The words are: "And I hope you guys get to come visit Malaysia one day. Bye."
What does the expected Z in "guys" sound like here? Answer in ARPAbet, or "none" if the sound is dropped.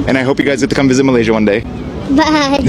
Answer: Z